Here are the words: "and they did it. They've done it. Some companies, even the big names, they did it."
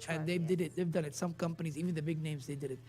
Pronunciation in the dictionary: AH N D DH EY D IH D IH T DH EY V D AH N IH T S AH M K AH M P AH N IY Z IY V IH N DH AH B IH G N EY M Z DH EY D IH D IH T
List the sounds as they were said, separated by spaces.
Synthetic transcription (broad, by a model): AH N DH EY D IH D IH T DH EY V D AH N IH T S AH M K AH M P AH N IY Z IY V IH N DH AH B IH G N EY M Z DH EY D IH D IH T